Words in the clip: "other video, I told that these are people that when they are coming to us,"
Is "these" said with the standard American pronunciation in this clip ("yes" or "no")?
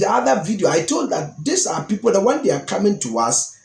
no